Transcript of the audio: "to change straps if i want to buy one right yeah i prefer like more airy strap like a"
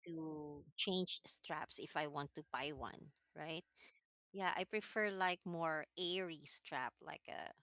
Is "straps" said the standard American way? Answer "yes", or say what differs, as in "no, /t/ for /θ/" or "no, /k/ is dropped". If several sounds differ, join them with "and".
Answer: yes